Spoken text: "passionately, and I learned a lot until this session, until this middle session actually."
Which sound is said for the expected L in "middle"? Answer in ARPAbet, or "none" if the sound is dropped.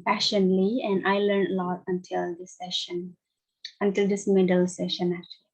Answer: L